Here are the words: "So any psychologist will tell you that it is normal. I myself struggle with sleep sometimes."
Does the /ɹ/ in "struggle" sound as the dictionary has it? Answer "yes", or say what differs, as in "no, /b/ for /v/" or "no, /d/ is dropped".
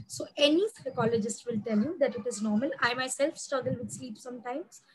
no, /ɹ/ is dropped